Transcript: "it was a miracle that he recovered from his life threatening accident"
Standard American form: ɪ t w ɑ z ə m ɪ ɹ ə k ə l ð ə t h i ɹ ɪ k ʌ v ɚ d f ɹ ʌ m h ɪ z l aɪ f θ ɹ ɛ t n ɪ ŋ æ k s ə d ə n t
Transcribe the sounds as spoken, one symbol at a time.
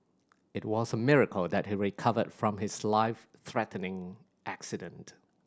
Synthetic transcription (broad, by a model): ɪ t w ɑ z ə m ɪ ɹ ə k ə l ð ə t h i ɹ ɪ k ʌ v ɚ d f ɹ ʌ m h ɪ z l aɪ f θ ɹ ɛ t n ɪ ŋ æ k s ə d ə n t